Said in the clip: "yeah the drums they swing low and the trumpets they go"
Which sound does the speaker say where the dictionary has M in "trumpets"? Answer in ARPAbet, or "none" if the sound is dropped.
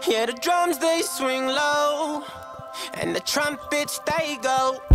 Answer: M